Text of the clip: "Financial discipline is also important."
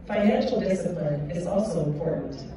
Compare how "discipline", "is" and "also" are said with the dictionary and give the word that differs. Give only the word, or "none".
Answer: none